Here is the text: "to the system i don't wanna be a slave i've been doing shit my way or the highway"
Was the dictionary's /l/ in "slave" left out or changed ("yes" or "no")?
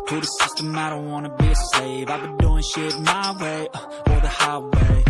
yes